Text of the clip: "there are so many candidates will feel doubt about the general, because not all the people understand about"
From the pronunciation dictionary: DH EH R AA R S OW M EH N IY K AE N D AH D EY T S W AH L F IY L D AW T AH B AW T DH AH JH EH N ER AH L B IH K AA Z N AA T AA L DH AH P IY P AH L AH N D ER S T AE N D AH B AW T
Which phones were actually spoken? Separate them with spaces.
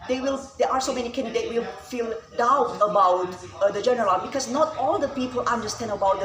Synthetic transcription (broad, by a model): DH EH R AA R S OW M EH N IY K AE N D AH D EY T W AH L F IY L D AW T AH B AW T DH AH JH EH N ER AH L B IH K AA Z N AA T AA L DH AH P IY P AH L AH N D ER S T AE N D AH B AW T